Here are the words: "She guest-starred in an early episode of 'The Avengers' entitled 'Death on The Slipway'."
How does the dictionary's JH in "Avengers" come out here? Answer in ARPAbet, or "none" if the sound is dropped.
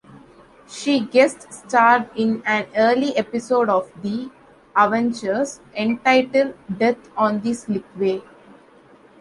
CH